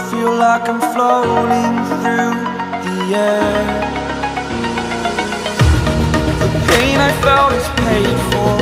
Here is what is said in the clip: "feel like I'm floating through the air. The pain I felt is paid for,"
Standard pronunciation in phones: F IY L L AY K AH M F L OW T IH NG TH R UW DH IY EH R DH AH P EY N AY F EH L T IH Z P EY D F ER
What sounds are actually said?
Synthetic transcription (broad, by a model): F IY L L AY K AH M F L OW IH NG TH R UW DH IY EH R DH AH P EY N AY F EH L T IH Z P EY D F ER